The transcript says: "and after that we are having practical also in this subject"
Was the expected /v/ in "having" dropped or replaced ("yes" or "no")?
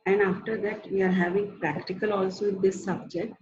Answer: no